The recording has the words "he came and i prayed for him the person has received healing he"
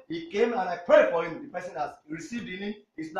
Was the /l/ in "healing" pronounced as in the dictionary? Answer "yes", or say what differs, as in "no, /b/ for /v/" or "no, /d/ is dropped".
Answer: no, /n/ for /l/